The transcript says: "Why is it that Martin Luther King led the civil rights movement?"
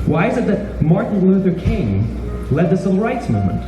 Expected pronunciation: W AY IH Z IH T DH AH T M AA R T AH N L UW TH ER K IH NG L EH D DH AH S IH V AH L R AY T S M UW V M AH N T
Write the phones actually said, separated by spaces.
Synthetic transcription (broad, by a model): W AY IH Z IH T DH AH T M AA R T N L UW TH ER K IH NG L EH D DH AH S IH AH R AY T S M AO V M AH N T